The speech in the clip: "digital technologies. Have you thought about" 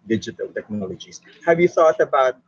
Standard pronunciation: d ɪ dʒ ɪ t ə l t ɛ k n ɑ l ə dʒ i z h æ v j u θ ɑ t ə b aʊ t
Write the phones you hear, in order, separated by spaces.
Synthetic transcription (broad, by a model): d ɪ dʒ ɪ t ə l t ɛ k n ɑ l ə dʒ i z h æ v j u θ ɑ t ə b aʊ t